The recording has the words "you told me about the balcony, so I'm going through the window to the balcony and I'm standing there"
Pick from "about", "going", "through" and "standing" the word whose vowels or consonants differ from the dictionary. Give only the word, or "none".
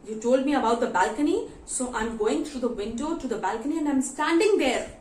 through